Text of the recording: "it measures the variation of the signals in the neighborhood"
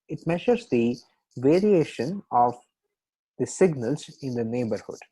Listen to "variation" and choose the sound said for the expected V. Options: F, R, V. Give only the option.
V